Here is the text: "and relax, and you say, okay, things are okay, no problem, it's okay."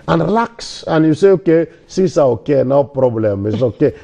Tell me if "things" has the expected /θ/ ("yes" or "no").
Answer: no